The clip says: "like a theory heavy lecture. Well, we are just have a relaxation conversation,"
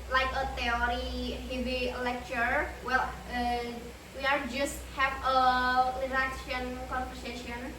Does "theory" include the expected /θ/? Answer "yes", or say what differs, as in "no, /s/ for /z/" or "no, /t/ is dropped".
no, /t/ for /θ/